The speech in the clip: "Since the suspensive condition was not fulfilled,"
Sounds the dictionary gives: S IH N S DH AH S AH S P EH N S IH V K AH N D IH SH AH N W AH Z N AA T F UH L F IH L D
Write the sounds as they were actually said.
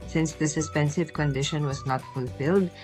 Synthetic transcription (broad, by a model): S IH N S DH AH S AH S P EH N S IH V K AH N D IH SH AH N W AH Z N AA T F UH L F IH L D